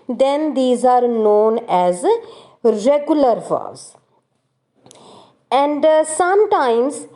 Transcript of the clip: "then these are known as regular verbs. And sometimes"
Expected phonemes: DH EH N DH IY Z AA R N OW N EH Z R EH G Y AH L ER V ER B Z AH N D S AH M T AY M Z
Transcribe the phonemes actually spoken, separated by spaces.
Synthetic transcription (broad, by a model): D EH N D IY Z AA R N OW N EH Z R EH G Y AH L ER F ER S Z AH N D S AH M T AY M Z